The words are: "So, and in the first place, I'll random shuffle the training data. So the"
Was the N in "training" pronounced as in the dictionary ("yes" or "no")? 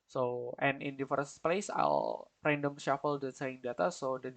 no